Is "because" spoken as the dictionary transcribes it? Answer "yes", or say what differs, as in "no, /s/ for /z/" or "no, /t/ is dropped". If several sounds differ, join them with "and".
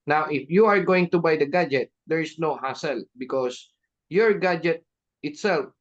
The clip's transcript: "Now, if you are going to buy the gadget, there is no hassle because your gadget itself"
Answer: no, /s/ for /z/